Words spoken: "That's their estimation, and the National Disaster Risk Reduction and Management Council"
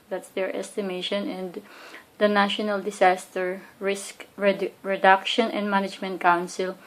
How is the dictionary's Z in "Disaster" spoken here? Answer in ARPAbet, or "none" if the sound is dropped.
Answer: S